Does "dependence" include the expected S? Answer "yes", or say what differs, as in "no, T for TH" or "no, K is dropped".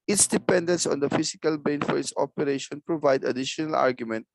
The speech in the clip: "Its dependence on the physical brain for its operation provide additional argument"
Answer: yes